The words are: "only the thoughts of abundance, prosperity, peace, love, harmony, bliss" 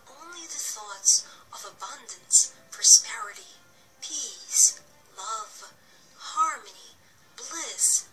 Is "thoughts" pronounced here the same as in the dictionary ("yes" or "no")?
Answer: yes